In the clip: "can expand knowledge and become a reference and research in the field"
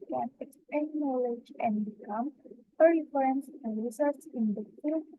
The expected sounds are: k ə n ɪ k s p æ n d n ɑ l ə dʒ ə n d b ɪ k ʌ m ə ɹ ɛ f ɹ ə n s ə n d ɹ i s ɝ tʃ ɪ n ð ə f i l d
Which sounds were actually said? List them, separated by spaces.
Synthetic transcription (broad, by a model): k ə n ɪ k s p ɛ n n ɑ l ə dʒ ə n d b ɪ k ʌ m ə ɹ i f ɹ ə n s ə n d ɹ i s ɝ s ɪ n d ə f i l